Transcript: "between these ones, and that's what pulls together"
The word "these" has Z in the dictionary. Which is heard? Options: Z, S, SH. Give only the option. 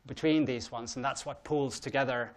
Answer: Z